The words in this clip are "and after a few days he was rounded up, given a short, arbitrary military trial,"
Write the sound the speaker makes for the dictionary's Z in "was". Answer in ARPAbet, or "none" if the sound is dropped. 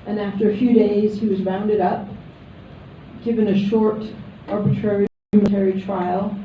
Z